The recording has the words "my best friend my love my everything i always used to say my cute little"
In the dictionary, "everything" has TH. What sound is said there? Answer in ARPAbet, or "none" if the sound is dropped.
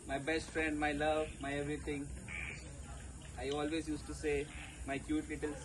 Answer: T